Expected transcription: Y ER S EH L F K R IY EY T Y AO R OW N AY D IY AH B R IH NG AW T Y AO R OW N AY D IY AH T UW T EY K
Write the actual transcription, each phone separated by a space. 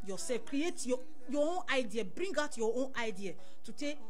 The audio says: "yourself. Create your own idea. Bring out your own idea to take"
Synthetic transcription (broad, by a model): Y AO S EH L F K R IY EY T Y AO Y OW N AY D IY AH B R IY NG AW T Y AO OW N AY D IY AH T UW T EY